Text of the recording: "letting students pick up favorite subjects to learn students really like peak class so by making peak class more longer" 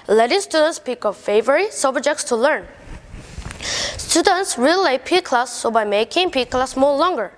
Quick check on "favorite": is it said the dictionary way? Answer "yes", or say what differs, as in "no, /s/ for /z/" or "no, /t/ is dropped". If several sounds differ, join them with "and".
yes